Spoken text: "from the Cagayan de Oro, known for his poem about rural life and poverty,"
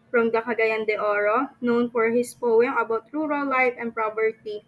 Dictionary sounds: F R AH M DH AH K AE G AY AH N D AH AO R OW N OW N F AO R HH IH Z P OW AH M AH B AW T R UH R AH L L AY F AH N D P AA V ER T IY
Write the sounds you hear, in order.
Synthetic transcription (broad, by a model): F R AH M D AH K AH G AY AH N D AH AO R OW N OW N F AO R HH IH S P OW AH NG AH B AW T R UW R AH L L AY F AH N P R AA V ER T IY